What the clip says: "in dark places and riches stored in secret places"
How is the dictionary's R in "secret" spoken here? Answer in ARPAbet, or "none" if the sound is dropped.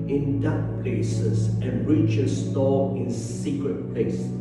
R